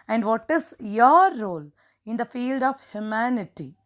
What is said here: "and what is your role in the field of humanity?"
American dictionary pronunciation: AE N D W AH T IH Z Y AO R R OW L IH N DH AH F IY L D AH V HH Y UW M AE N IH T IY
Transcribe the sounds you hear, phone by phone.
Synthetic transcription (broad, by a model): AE N D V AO T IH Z Y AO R R OW L IH N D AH F IY L D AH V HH Y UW M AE N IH T IY